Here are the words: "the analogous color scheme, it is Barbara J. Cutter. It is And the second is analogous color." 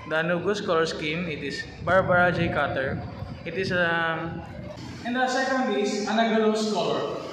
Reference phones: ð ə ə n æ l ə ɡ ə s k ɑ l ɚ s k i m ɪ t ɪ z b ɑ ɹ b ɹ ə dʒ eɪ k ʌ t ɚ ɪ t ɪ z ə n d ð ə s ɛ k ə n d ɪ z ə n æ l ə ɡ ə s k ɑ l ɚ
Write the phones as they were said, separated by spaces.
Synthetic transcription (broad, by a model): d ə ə n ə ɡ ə s k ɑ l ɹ s k i m ɪ t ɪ s b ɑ ɹ b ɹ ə dʒ eɪ k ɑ t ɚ ɪ t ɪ s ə n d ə s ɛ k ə n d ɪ s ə n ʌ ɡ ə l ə s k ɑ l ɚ